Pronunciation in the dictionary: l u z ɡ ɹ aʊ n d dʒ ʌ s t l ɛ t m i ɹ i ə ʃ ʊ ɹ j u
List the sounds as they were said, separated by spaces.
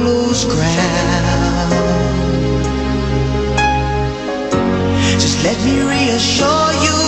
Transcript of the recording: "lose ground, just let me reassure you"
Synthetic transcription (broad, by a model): l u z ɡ ɹ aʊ d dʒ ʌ s t l ɛ t m i ɹ i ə ʃ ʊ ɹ j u